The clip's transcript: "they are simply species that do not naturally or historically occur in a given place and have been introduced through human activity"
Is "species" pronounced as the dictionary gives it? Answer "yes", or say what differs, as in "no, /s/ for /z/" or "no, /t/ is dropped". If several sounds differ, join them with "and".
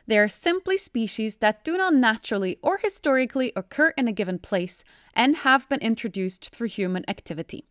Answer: yes